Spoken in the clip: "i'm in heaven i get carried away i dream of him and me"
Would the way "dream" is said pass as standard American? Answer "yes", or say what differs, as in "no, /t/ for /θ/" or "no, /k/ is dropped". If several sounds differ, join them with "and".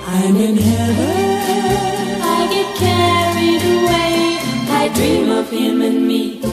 yes